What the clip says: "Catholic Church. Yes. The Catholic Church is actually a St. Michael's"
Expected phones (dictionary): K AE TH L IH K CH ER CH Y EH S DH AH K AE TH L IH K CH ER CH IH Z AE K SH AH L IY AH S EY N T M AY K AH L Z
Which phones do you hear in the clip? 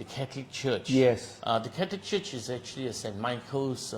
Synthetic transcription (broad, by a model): K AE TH L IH K CH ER CH Y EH S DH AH K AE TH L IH K CH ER CH IH Z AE K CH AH L IY AH S EY N T M AY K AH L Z